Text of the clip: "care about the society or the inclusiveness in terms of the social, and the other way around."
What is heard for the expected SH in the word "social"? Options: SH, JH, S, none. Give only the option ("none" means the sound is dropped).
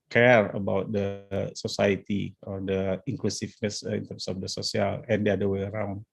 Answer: S